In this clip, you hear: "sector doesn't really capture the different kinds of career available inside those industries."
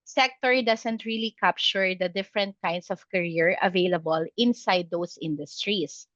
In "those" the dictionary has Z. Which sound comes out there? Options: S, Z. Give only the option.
S